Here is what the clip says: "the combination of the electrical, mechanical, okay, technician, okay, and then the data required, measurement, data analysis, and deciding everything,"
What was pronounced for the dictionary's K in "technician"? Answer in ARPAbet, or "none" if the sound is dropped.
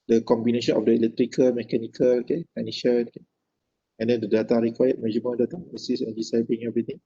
none